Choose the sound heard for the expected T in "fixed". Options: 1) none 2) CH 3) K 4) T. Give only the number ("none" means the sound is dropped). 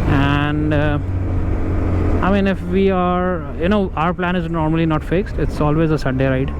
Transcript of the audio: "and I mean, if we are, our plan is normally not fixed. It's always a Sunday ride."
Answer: 4